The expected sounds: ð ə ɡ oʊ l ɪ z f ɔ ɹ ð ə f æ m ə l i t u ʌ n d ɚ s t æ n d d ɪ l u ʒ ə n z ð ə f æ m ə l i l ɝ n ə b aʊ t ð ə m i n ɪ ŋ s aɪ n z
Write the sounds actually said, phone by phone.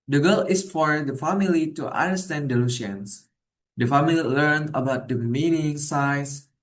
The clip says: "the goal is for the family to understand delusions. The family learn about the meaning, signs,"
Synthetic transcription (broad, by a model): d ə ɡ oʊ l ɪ s f ɔ ɹ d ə f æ m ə l i t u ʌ n d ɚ s t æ n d d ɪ l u ʃ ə n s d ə f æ m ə l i l ɝ n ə b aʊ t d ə m i n ɪ ŋ s aɪ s